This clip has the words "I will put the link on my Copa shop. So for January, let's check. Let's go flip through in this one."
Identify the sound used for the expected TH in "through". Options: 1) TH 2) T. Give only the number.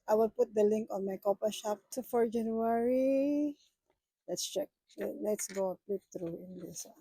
2